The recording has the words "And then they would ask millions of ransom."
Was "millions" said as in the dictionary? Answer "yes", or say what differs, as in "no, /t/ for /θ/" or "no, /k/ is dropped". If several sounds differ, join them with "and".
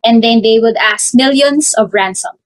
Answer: no, /s/ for /z/